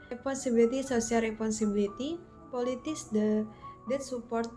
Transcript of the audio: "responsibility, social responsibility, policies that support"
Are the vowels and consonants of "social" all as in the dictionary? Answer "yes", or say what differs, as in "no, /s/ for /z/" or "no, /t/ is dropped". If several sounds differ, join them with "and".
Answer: no, /s/ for /ʃ/